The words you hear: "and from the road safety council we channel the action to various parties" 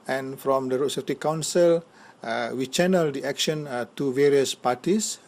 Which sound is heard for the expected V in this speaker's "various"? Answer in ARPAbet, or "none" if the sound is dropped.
V